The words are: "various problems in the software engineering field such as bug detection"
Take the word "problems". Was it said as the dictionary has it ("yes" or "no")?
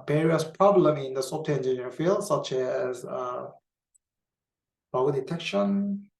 no